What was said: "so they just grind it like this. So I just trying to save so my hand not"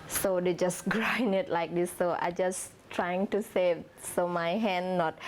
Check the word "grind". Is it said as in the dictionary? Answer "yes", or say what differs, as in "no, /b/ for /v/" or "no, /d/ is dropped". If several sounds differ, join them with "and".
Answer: no, /d/ is dropped